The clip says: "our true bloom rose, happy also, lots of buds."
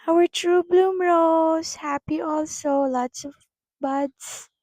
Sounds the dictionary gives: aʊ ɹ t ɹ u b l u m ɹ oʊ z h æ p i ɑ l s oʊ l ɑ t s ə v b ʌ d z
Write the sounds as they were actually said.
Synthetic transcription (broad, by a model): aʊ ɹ t ɹ u b l u m ɹ oʊ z h æ p i ɑ l s oʊ l ɑ t s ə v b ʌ d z